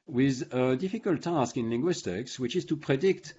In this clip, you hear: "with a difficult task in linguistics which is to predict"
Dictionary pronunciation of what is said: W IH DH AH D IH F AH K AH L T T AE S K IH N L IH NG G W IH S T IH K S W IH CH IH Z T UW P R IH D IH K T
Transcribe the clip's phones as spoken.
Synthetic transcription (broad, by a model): W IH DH AH D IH F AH K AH L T T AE S K IH N L IH NG G W IH S T IH K S W IH CH IH Z T UW P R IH D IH K T